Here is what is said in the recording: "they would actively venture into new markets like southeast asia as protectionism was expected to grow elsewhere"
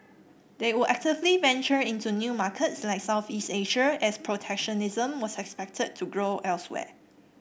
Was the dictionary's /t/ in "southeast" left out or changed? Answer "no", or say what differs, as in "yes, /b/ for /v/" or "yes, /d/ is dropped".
no